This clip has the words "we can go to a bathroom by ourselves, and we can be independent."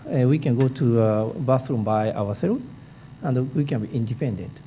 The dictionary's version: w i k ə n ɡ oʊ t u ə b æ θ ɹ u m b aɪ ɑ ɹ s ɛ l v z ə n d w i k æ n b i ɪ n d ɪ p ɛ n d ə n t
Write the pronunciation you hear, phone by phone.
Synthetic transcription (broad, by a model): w i k ə n ɡ oʊ t u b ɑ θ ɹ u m b aɪ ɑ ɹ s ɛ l z ə n d w i k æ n b i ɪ n d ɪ p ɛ n d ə n t